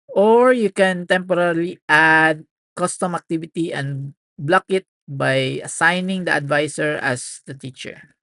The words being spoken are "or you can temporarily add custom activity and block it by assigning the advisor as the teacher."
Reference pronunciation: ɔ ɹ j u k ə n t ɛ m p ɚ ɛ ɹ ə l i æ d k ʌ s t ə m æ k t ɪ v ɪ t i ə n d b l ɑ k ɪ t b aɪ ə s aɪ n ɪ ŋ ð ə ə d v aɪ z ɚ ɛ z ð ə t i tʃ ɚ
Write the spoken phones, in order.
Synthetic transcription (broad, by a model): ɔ ɹ j u k ə n t ɛ m p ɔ ɹ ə l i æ d k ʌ s t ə m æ k t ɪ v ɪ t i ə n d b l ɑ k ɪ t b aɪ ə s aɪ n ɪ ŋ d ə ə d v aɪ s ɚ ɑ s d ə t i tʃ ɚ